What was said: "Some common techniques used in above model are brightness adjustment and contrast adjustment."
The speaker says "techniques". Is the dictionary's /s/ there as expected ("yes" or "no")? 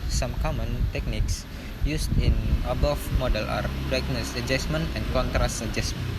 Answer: yes